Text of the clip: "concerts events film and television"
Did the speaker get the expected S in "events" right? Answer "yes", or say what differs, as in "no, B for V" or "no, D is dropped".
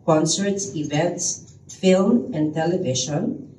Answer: yes